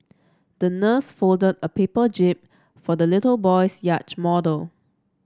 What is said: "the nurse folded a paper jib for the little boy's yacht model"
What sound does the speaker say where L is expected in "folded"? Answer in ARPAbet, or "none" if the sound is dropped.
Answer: L